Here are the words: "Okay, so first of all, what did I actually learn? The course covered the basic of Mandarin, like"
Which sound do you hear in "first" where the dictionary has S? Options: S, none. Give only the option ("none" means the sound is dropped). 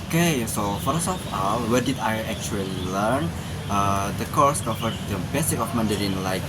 none